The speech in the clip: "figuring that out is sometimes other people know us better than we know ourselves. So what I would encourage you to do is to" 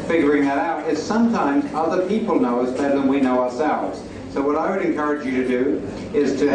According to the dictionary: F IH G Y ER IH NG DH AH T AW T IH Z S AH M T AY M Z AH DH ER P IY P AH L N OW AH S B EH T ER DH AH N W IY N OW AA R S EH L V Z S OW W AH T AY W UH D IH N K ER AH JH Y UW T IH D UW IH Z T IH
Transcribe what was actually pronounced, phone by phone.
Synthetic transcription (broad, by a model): F IH G Y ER IH NG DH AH T AW T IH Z S AH M T AY M Z AH DH ER P IY P L N OW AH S B EH T ER DH AH N W IY N OW AA R S EH L V Z S OW W AH T AY W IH D IH N K ER AH JH Y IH T IH D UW IH Z T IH